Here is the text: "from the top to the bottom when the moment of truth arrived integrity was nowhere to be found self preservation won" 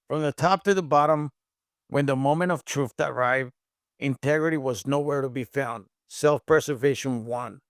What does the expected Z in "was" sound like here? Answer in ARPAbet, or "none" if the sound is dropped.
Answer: Z